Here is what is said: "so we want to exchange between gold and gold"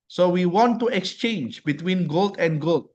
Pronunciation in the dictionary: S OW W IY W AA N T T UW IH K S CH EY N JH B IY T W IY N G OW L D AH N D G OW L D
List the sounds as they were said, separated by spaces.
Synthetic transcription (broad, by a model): S OW W IY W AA N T T UW IH K S CH EY N JH B IY T W IY N G OW L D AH N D G OW L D